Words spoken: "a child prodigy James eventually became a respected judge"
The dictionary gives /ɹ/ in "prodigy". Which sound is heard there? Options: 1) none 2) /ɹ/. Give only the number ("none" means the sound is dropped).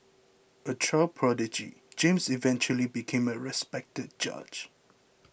2